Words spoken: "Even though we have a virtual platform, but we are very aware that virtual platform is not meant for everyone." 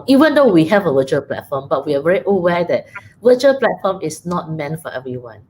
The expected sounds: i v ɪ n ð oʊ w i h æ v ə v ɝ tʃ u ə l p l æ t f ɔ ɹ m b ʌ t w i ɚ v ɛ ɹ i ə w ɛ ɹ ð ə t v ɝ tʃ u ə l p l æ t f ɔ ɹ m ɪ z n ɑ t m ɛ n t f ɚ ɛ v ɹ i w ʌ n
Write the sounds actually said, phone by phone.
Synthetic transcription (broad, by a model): i v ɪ n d oʊ w i h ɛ v ə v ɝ tʃ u ə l p l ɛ t f ɔ m b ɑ t w i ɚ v ɛ ɹ i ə w ɛ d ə t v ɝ tʃ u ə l p l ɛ t f ɔ m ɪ s n ɑ t m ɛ n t f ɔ ɛ v ɹ i w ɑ n